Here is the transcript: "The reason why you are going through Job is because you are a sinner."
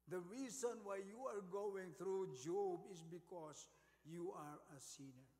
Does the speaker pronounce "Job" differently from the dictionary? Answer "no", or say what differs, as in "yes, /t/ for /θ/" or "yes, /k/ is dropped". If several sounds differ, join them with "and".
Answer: no